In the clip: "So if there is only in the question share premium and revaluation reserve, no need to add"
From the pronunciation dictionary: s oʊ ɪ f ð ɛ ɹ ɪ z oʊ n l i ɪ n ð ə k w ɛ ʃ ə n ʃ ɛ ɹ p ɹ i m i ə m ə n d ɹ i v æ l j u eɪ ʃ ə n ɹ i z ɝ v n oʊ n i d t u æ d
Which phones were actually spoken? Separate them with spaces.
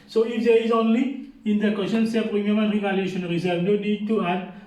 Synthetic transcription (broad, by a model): s oʊ ɪ f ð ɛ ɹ ɪ z oʊ n l i ɪ n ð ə k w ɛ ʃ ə n s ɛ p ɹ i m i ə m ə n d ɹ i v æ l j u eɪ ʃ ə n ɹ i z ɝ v n oʊ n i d t u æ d